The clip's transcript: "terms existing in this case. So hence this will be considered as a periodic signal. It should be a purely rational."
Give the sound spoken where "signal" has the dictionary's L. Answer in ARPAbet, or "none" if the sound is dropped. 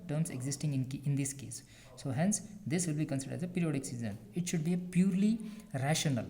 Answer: N